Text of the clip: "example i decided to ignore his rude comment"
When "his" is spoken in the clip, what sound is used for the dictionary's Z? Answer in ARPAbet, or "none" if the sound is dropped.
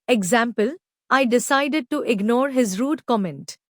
Z